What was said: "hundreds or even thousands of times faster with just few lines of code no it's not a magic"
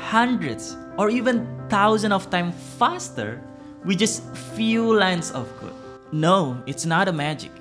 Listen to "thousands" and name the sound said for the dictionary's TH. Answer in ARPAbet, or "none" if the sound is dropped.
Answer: T